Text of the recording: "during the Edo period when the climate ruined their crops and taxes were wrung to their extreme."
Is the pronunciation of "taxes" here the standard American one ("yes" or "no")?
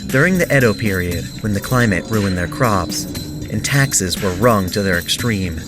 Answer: yes